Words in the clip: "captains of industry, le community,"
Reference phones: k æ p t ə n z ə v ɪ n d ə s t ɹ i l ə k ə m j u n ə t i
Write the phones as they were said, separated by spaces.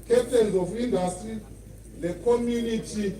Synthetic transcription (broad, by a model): k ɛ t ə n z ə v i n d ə s t i n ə k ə m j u n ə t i